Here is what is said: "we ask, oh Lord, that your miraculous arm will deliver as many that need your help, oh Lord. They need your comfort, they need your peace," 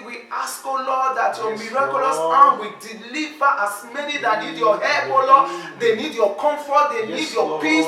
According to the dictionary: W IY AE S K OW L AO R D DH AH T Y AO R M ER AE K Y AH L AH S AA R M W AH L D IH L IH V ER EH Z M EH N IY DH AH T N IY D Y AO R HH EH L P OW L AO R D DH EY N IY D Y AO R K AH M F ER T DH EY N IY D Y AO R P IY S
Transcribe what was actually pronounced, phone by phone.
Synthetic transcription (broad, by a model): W IY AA S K OW L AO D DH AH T Y AO M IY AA K Y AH L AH S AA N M W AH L D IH L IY V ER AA S M EH N IY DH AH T N IY D Y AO HH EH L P OW L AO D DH EY N IY D Y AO K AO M F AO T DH EY N IY D Y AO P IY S